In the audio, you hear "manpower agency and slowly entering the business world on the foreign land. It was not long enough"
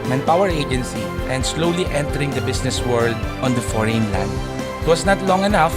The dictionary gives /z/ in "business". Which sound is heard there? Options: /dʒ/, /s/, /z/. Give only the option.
/s/